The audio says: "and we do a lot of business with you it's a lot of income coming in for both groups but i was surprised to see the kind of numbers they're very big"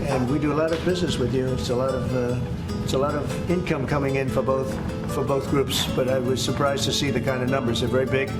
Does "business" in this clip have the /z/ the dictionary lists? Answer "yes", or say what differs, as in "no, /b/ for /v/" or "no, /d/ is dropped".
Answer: yes